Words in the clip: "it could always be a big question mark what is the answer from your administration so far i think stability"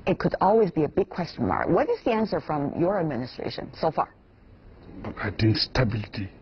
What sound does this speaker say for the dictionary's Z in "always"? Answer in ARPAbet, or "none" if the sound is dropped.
Z